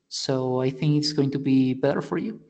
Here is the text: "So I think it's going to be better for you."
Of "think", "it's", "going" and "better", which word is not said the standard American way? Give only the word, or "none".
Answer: none